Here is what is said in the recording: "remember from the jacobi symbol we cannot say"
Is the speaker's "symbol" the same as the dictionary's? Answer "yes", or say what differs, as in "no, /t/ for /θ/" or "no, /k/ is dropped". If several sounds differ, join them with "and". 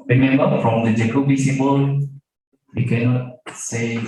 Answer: no, /m/ is dropped